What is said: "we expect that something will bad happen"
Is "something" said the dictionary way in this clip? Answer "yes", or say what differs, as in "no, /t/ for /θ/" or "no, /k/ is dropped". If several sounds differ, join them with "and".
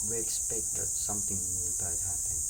no, /t/ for /θ/